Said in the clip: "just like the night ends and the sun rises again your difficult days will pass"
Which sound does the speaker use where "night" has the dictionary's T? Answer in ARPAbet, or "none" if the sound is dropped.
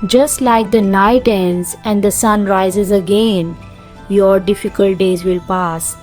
T